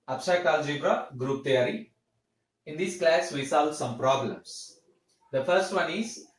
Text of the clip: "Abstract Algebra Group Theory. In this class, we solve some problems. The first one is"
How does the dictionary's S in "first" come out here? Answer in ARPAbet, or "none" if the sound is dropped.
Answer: S